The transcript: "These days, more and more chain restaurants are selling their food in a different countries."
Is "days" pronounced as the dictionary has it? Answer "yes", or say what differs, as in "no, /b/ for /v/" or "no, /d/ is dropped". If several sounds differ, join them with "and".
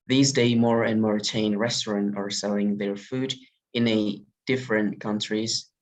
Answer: no, /z/ is dropped